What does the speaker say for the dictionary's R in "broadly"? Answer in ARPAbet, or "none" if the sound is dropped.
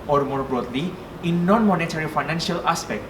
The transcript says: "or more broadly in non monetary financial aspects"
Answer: R